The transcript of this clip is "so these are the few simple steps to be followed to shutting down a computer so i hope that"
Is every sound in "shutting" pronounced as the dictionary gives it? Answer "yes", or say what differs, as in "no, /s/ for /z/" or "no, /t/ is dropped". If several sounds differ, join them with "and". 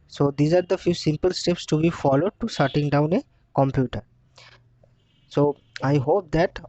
no, /s/ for /ʃ/